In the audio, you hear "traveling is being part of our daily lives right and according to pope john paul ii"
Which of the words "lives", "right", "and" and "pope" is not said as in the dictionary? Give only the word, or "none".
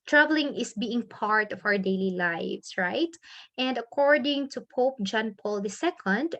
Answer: lives